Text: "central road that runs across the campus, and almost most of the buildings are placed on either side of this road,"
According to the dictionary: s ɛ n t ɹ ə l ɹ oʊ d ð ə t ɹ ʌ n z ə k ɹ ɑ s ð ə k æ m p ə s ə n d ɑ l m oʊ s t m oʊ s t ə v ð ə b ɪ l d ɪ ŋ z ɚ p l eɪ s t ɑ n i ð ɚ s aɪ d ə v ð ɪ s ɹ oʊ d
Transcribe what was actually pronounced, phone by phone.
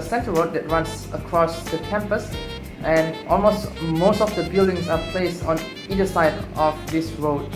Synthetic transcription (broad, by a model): s ɛ n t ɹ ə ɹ oʊ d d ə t ɹ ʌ n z ə k ɹ ɑ s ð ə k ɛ m p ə s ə n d ɑ l m oʊ s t m oʊ s t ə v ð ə b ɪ l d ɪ ŋ s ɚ p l eɪ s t ɑ n i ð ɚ s aɪ d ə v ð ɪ s ɹ oʊ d